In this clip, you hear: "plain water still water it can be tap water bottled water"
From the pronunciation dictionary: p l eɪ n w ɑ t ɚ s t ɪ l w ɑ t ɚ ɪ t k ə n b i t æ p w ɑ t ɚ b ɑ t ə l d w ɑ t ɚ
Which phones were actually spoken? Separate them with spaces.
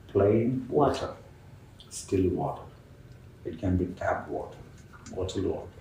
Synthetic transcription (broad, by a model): p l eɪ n w ɑ t ɚ s t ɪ l w ɑ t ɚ ɪ t k ə n b i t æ b w ɑ t ɚ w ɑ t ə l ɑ